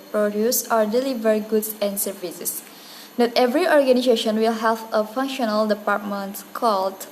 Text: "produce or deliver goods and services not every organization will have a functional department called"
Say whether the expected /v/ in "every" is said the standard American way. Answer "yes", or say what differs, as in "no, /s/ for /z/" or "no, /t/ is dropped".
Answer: yes